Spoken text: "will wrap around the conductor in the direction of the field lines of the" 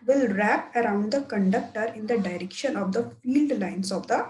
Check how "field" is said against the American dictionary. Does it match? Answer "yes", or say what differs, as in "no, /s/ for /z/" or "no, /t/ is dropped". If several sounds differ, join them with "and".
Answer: yes